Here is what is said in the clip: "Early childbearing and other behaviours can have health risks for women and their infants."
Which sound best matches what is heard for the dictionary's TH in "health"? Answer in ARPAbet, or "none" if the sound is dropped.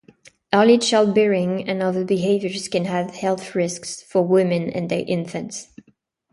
TH